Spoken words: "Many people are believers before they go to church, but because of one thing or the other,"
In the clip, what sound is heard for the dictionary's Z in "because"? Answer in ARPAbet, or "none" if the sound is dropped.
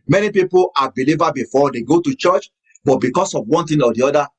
S